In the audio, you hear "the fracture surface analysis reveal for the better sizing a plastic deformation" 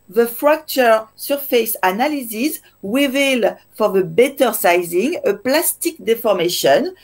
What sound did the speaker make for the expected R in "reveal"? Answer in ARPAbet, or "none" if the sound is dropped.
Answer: W